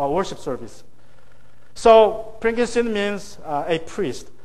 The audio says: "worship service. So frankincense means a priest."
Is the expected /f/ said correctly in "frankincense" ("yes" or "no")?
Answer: no